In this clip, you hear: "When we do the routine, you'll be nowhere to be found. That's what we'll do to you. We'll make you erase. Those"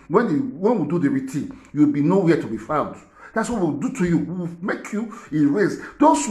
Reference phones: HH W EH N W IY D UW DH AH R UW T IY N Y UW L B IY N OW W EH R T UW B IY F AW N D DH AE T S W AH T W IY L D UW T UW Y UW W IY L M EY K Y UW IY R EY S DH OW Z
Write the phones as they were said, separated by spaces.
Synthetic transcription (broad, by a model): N W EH N W IY D UW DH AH R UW T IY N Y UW W B IY N OW W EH T UW B IY F AW N D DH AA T S W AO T W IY W D UW T UW Y UW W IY W M EY K Y UW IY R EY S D OW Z